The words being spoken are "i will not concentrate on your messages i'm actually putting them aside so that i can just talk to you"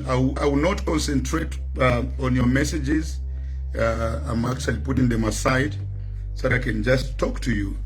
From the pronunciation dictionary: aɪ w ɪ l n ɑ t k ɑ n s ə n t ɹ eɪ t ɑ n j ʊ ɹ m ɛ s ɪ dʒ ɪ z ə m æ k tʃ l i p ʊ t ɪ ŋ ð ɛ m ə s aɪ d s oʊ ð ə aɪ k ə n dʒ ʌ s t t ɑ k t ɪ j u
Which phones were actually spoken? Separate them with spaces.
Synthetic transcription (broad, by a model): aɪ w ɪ w n ɑ t k ɑ n s ə n t ɹ eɪ t ɑ n j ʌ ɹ m ɛ s ɪ dʒ ɪ z ə m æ k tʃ l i p ʊ t ɪ ŋ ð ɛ m ə s aɪ d s oʊ ð ə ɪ k ə n dʒ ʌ s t t ɑ k t ɪ j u